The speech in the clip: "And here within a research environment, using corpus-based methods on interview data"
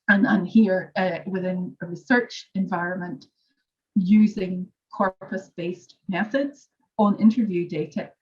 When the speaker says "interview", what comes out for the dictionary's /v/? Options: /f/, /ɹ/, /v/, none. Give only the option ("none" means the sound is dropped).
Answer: /v/